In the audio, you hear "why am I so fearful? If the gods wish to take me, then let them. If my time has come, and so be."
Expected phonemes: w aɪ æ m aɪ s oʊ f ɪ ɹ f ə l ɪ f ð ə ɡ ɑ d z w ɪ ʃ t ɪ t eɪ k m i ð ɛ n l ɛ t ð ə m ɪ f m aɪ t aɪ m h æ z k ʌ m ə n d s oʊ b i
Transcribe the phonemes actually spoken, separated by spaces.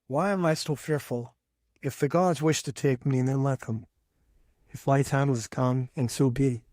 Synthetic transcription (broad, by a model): w aɪ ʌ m aɪ s oʊ f ɪ ɹ f ə l ɪ f ð ə ɡ ɑ d z w ɪ ʃ t ɪ t eɪ k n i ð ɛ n l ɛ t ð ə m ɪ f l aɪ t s h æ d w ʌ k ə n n s oʊ b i